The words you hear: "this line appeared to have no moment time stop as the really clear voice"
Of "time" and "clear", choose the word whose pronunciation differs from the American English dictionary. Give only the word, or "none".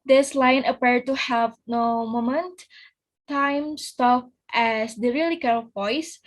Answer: clear